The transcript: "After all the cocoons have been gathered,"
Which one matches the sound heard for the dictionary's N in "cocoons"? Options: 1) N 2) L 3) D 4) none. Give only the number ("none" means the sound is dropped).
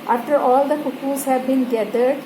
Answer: 4